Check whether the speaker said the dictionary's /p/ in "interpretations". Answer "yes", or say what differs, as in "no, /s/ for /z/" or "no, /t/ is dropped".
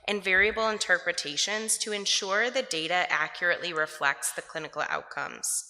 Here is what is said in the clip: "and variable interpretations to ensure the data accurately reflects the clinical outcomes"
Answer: yes